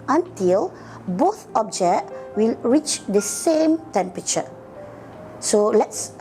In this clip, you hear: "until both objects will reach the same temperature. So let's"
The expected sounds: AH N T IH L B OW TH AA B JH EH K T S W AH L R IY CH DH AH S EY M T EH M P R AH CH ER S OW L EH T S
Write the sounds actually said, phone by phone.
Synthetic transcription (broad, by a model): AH N T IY L B OW TH AA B JH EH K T W AH L R IY CH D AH S EY M T EH M P R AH CH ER S OW L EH T S